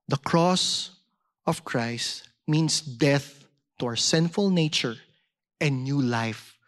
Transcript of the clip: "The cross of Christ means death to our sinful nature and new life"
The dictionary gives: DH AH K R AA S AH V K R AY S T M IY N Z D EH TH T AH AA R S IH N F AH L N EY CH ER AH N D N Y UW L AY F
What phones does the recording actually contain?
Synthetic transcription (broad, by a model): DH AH K R AA S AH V K R AY S T M IY N S D EH TH T AH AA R S IH N F AH L N EY CH ER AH N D N Y UW L AY F